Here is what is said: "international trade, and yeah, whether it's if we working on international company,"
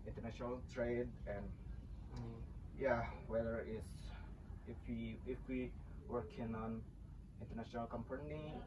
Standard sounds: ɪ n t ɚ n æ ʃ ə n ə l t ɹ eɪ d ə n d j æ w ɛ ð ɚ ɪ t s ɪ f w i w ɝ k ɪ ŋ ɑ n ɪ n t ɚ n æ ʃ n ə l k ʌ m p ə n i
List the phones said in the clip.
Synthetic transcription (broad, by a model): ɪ n t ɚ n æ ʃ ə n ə l t ɹ eɪ d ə n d j æ w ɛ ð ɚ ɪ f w ɪ f w i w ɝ k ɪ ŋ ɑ n ɪ n t ɚ n æ ʃ n ə l k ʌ m p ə n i